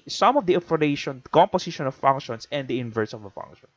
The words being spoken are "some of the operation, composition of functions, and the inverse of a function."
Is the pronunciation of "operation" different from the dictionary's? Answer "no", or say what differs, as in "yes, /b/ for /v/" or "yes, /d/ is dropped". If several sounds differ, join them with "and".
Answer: yes, /f/ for /p/